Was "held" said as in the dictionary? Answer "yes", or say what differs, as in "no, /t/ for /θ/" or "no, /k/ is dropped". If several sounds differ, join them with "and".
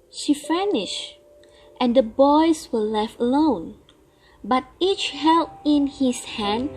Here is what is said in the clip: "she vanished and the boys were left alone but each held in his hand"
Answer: no, /d/ is dropped